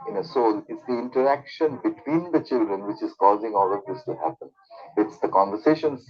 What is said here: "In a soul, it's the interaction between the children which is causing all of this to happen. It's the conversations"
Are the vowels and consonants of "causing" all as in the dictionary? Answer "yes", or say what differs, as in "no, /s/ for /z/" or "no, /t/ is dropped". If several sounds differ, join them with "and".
yes